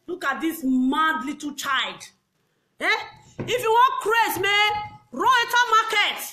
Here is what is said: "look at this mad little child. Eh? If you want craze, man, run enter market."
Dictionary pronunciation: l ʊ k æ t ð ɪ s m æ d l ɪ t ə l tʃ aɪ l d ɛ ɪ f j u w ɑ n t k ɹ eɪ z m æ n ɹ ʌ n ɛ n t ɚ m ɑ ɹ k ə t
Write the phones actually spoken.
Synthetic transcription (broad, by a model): l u k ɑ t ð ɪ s m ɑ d l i t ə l tʃ aɪ l d ɛ ɪ f j u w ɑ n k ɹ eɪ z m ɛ ɹ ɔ ɛ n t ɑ m ɑ k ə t